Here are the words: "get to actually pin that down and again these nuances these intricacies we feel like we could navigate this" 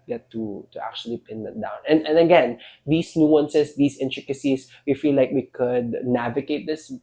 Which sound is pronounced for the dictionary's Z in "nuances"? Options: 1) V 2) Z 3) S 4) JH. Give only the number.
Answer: 3